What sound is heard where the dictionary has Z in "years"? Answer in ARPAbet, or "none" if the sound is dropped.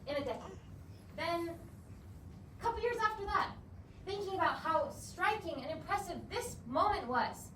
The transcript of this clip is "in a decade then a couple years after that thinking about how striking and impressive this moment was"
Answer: Z